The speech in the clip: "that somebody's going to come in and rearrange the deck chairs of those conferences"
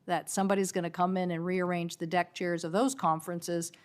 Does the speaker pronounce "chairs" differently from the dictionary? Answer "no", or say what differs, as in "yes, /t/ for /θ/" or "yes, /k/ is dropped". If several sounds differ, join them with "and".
no